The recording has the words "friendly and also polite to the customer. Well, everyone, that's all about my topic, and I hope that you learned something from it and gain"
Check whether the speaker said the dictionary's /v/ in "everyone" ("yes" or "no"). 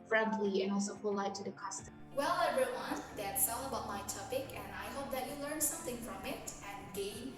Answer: no